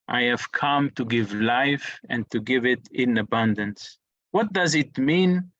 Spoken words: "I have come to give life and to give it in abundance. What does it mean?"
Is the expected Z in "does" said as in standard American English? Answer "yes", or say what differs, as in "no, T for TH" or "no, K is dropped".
yes